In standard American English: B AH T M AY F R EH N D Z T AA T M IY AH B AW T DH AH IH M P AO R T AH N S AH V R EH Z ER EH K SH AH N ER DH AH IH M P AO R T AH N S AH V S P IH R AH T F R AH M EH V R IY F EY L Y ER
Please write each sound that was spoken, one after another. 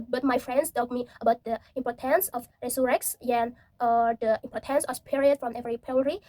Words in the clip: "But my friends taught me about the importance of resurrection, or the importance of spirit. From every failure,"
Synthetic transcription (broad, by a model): B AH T M AY F R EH N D S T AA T M IY AH B AW T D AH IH M P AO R T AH N S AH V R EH S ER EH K S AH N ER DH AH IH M P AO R T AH N S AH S P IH R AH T F R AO M EH V R IY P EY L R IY